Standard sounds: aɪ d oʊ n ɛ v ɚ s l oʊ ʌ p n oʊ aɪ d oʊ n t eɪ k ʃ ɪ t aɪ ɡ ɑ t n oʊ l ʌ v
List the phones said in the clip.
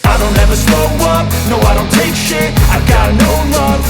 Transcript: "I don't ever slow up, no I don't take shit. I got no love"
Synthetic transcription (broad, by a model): aɪ d oʊ n ɛ v ɚ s oʊ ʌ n n oʊ aɪ d oʊ n t eɪ k ʃ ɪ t aɪ ɡ ɑ t n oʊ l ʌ